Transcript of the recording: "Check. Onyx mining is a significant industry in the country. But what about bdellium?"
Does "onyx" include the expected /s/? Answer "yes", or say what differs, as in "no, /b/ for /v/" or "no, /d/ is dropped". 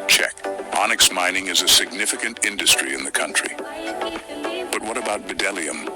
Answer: yes